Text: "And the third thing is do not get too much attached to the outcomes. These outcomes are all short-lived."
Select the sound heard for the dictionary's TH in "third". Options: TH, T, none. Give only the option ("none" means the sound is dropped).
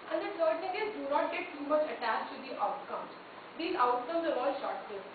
T